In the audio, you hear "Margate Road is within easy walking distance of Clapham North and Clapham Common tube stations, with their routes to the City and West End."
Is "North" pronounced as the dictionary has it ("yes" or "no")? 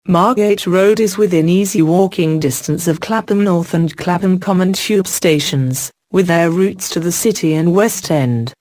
yes